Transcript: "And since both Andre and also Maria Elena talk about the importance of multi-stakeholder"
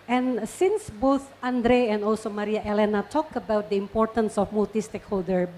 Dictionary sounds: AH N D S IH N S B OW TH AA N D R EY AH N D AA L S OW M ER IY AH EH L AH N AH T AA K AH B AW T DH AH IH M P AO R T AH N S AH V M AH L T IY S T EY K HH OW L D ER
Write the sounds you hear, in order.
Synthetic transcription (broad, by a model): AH N S IH N S B OW TH AA N D R EY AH N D AA L S OW M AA IY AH EH L AH N AH T AA K AH B AW T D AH IH M P AO R T AH N S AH F M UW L T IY S T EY K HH OW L D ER